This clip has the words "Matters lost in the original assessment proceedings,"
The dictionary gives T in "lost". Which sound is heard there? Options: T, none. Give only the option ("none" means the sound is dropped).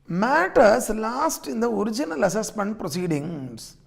T